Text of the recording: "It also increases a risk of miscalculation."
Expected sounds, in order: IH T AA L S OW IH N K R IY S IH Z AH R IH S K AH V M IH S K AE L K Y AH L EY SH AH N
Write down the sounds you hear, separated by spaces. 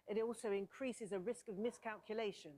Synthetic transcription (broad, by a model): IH T AA L S OW IH N K R IY S IH Z AH R IH S K AH V M IH S K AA L K Y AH L EY SH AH N